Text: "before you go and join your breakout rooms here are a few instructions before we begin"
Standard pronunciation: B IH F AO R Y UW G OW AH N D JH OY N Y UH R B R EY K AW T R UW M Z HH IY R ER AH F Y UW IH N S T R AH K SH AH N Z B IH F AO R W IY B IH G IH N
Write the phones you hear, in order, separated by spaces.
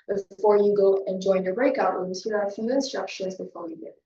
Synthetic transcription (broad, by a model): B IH F AO R Y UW G OW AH N JH OY N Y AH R B R EY K AW T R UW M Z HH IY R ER AH F Y UW IH N S T R AH K SH AH N Z B IH F AO R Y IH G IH